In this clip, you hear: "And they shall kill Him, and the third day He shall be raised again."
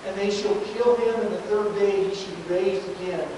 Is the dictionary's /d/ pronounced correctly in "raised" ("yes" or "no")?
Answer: no